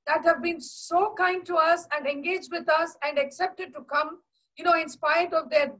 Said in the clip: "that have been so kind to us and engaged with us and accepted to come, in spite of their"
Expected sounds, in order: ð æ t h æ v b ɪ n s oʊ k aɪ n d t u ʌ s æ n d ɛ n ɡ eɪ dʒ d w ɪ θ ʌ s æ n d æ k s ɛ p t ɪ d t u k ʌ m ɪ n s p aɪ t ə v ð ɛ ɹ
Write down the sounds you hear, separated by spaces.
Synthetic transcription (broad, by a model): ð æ t h æ v b ɪ n s oʊ k aɪ n d t u ʌ s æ n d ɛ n ɡ eɪ dʒ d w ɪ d ʌ s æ n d æ k s ɛ p t ɪ d t u k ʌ m ɪ n s p aɪ ə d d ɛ ɹ